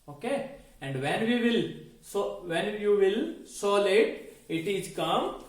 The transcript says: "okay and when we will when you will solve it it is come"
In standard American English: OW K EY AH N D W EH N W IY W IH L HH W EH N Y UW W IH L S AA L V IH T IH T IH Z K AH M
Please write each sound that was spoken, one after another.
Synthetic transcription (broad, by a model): OW K EY AH N D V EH N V IY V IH L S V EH N Y UW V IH L S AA L IH T IH T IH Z K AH M